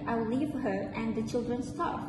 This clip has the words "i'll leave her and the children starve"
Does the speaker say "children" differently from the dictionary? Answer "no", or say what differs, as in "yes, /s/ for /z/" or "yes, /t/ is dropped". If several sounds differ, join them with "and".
no